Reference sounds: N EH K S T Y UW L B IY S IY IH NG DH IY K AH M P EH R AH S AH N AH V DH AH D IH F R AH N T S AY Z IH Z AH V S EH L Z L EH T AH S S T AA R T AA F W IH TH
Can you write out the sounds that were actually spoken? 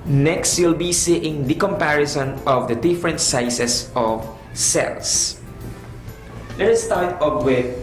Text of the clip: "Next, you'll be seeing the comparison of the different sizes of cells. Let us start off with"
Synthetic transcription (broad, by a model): N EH K S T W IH L B IY S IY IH NG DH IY K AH M P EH R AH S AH N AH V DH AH D IH F R AH N T S AY S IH S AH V S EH L S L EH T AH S S T AA R T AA P W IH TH